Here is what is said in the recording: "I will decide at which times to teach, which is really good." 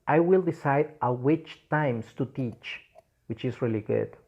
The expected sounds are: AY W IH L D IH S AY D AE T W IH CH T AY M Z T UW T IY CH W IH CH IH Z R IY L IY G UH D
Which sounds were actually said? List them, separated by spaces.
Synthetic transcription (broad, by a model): AY W IH L D IH S AY D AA W IH CH T AY M S T UW T IY CH W IH CH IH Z R IY L IY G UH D